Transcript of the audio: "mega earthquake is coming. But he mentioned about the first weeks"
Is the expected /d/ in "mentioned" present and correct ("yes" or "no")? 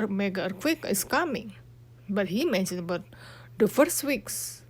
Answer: no